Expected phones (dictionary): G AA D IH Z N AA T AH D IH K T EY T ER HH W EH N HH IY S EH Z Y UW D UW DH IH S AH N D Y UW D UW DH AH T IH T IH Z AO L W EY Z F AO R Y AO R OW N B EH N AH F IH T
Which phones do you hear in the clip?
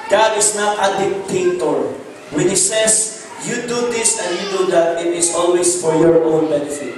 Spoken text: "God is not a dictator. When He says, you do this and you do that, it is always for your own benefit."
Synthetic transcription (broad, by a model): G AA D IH S N AA T AH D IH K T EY T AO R W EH N HH IY S EH S Y UW D UW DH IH S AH N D Y UW D UW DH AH T IH T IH S AO L W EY S F AO R Y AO R OW N B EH N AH F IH T